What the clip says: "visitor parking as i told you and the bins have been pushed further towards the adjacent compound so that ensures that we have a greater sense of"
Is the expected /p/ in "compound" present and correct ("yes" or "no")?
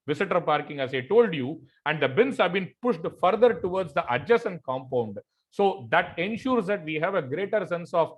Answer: yes